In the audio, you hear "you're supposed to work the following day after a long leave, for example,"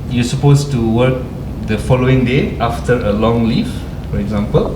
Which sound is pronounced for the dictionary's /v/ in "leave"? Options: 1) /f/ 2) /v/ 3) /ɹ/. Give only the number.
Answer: 1